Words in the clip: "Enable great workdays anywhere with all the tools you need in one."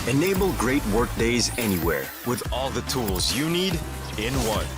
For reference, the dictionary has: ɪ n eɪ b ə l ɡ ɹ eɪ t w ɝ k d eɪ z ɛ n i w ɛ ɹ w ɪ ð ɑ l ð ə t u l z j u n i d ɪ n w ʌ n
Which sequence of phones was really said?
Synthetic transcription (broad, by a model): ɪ n eɪ b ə l ɡ ɹ eɪ t w ɝ k d eɪ z ɛ n i w ɛ ɹ w ɪ ð ɑ l ð ə t u l z j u n i d ɪ n w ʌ n